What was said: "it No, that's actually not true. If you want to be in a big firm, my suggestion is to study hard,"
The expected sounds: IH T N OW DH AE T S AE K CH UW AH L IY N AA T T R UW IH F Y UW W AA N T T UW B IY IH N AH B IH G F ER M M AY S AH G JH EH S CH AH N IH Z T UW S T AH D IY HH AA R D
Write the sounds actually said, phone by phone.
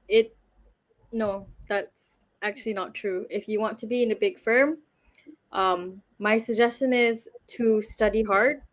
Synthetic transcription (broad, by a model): IH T N OW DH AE T S AE K CH UW AH L IY N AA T T R UW IH F Y UW W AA N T T UW B IY IH N AH B IH G F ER M M AY S AH G JH EH S CH AH N IH Z T UW S T AH D IY HH AA R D